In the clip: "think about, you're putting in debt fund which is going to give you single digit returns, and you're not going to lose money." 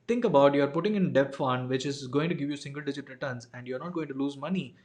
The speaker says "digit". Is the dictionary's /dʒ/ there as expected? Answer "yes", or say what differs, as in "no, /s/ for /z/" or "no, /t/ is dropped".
yes